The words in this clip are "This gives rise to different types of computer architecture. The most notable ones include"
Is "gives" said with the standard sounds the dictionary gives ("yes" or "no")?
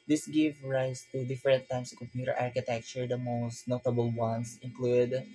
no